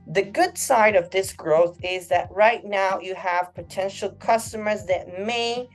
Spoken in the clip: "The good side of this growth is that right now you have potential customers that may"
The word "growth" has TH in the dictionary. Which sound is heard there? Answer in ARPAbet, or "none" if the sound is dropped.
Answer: TH